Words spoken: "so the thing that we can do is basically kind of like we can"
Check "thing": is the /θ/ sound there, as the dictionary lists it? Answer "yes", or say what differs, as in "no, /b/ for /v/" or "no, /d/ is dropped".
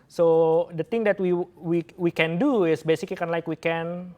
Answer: no, /t/ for /θ/